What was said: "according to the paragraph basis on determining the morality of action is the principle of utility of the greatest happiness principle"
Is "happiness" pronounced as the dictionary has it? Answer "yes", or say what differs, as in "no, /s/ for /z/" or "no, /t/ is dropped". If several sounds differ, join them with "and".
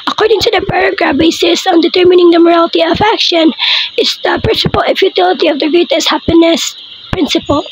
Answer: yes